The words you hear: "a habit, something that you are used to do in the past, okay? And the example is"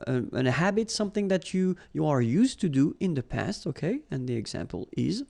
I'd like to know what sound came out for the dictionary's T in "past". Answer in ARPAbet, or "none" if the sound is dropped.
T